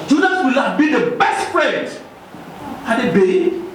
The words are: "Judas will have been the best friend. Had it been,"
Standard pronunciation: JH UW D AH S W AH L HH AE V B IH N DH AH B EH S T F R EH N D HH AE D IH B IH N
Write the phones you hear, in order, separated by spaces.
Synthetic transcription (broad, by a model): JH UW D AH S W AH L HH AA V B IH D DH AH B EH S T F R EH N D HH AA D IH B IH